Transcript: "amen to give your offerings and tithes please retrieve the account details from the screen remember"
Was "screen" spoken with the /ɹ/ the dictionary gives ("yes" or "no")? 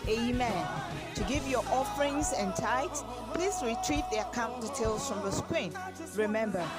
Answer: no